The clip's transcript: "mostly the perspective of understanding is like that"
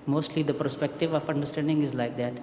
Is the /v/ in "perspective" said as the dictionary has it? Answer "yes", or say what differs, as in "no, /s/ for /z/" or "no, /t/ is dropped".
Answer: yes